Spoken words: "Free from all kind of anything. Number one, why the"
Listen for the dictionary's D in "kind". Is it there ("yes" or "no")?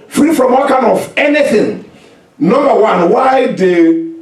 no